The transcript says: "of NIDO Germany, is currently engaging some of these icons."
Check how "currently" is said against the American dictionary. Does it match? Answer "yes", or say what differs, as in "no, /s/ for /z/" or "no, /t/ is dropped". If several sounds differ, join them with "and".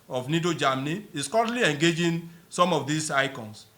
no, /n/ is dropped